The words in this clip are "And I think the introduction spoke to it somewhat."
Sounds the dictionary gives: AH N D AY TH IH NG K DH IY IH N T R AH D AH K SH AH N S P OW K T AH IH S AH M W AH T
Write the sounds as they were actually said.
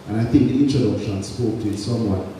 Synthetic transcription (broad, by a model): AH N AY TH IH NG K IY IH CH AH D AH SH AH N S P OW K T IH S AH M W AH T